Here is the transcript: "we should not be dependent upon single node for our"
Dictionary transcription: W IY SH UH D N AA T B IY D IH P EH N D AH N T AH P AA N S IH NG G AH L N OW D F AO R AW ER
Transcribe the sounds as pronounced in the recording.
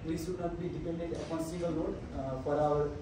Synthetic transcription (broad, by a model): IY S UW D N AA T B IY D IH P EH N D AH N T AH P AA N S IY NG G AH L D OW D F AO R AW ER